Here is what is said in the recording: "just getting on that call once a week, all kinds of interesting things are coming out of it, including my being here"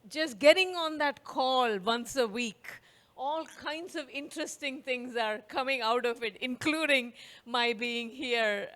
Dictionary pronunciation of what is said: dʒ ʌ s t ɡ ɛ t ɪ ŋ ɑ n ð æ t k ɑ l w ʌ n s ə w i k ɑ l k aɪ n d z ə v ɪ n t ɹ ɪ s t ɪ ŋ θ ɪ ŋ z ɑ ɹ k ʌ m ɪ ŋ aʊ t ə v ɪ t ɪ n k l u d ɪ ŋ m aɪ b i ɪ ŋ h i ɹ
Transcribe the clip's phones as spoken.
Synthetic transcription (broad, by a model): dʒ ʌ s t ɡ ɛ t ɪ ŋ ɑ n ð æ t k ɑ l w ʌ n s ə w i k ɑ l k aɪ n d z ə v ɪ n t ɹ ɪ s t ɪ ŋ t ɪ ŋ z ɑ ɹ k ʌ m ɪ ŋ aʊ t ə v ɪ t ɪ n k l u d ɪ ŋ m aɪ b i ɪ ŋ h i ɹ